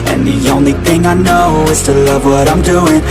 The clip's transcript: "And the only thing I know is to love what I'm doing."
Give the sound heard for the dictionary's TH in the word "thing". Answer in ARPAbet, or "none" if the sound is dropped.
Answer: TH